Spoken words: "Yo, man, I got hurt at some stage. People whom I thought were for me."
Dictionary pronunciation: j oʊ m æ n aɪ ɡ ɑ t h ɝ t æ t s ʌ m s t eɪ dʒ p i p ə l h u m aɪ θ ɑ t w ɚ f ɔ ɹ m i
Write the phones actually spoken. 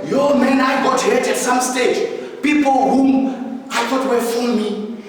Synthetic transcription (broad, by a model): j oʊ m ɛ n aɪ ɡ ɑ t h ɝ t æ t s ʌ m s t eɪ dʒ p i p ə l h u m aɪ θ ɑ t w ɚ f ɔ l m i